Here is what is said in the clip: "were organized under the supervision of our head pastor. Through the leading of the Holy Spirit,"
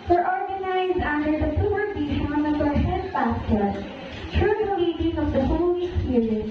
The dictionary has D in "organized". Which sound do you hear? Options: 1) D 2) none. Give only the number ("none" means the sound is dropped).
1